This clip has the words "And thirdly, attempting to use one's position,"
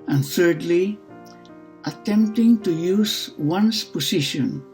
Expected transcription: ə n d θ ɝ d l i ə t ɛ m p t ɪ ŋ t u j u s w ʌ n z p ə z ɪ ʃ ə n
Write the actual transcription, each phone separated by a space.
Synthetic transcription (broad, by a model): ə n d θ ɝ d l i ə t ɛ m p t ɪ ŋ t u j u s w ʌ n s p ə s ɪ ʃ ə n